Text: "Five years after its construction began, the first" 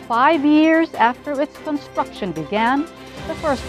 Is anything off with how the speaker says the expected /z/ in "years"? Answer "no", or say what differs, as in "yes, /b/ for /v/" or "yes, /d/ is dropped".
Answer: no